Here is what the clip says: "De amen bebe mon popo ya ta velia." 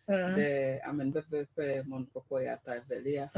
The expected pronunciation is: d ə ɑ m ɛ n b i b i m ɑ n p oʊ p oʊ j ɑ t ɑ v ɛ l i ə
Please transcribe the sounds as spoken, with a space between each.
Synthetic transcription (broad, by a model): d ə ɑ m ɛ n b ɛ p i m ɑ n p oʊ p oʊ j ɑ t ɑ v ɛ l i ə